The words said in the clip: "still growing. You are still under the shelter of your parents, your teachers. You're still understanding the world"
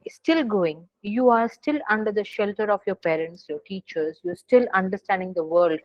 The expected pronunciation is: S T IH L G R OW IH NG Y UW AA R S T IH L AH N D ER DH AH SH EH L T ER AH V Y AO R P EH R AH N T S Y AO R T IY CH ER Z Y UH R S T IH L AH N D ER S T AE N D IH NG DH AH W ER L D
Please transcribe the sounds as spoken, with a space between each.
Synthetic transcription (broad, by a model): S T IH L G OW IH NG Y UW AA R S T IH L AH N D ER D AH SH EH L T ER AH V Y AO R P EH R AH N T S Y AO R T IY CH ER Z Y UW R S T IH L AH N D ER S T AE N D IH NG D AH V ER L D